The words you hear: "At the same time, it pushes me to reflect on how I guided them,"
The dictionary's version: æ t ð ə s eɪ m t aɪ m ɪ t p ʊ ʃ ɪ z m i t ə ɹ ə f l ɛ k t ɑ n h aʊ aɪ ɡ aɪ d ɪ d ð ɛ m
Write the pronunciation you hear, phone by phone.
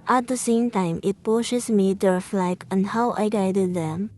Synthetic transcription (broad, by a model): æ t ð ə s eɪ m t aɪ m ɪ t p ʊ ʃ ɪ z m i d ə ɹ f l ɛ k ɑ n h aʊ aɪ ɡ aɪ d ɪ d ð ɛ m